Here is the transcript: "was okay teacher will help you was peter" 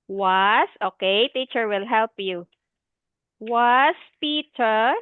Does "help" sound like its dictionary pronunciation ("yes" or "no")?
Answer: yes